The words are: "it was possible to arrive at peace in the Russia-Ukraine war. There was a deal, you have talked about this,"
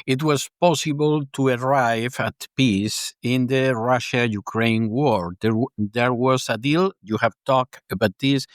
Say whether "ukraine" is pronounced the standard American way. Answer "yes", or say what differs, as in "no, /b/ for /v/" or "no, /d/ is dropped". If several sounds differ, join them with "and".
yes